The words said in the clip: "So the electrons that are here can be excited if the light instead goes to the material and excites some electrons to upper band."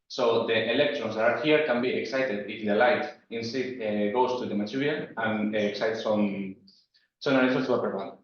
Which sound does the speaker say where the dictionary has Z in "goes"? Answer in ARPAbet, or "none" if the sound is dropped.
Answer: S